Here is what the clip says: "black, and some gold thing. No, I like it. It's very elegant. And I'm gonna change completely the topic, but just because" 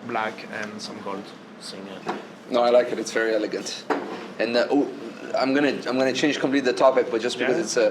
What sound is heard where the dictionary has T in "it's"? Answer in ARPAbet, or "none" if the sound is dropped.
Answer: T